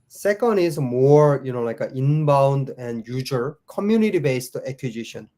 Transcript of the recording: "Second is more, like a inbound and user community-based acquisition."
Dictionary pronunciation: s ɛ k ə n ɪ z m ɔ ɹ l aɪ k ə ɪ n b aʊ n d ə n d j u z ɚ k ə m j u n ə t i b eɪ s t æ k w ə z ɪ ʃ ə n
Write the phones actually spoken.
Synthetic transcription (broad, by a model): s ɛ k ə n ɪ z m ɔ ɹ l aɪ k ə ɪ n b aʊ n d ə n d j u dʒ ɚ k ə m j u n ə t i b eɪ s t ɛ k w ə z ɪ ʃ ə n